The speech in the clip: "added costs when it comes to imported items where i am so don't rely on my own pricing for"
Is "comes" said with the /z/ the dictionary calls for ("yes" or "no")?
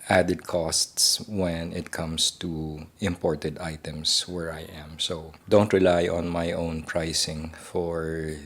no